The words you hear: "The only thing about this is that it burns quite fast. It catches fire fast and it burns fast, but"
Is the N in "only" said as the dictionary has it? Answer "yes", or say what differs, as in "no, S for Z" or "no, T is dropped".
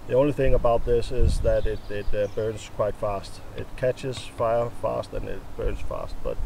yes